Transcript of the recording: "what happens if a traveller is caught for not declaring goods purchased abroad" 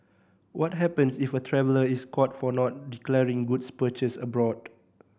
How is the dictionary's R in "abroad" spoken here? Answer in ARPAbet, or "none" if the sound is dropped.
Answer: R